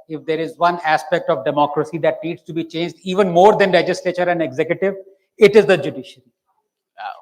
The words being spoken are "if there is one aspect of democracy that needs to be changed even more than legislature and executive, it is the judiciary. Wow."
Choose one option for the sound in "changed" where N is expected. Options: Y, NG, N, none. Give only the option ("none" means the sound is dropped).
N